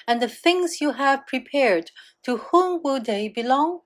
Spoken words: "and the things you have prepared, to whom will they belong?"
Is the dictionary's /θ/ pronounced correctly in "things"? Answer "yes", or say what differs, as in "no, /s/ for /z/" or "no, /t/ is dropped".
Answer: yes